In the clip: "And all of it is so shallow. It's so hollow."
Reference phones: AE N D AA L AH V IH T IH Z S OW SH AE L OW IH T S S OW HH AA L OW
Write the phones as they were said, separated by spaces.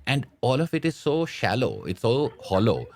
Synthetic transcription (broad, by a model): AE N D AA L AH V IH T IH Z S OW SH AE L OW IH T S S OW HH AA L OW